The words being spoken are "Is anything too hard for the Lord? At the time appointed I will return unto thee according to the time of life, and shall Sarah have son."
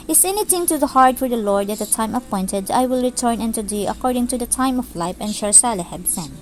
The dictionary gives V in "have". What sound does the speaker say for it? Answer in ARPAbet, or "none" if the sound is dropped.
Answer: B